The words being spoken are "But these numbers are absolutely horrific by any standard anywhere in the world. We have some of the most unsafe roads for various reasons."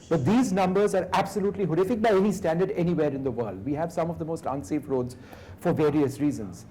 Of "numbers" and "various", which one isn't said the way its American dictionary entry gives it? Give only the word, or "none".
none